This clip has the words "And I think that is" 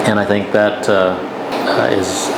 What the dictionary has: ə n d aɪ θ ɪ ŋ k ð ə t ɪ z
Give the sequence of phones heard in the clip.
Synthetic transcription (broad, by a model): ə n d aɪ θ ɪ ŋ k ð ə t ɪ z